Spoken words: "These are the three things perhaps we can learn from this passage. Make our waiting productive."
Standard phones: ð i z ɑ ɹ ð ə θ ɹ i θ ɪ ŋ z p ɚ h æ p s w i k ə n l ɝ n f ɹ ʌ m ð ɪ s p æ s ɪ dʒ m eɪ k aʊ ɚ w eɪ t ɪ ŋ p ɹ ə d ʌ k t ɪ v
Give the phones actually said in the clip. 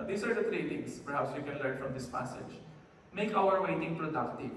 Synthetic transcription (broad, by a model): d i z ɑ ɹ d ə t ɹ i t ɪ ŋ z p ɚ h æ p s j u k ə n l ɝ n f ɹ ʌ m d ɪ s p æ s ɪ dʒ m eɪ k aʊ ɚ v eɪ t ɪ ŋ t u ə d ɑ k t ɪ